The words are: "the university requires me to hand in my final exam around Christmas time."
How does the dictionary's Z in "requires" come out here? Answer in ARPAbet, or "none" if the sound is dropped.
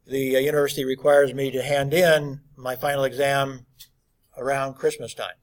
Z